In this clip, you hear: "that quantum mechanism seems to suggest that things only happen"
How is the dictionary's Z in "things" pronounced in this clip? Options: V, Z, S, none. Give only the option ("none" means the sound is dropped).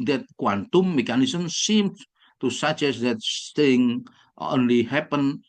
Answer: none